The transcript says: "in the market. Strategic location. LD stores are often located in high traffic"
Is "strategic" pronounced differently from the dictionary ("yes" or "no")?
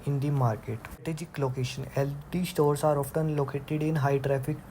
yes